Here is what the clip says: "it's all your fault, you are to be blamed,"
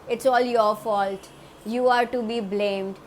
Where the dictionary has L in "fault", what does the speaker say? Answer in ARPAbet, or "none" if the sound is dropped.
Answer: L